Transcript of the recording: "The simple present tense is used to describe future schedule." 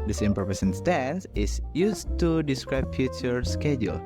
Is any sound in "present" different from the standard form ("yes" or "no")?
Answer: yes